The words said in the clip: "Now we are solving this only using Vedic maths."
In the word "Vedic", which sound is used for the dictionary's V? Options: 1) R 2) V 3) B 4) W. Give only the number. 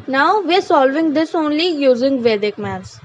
2